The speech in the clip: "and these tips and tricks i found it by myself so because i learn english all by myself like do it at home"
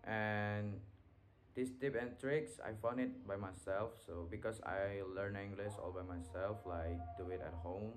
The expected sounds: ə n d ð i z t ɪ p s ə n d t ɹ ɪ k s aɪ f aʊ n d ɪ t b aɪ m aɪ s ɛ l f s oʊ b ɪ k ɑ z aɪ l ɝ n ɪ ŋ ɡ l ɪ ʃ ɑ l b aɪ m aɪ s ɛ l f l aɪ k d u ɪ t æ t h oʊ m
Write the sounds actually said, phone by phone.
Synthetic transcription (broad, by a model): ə n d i s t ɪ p ə n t ɹ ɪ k s aɪ f aʊ n d ɪ t b aɪ m aɪ s ɛ l f s oʊ b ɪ k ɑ s aɪ l ɝ n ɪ ŋ ɡ l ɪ s ɑ l b aɪ m aɪ s ɛ l f l aɪ k d u ɪ t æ t h oʊ m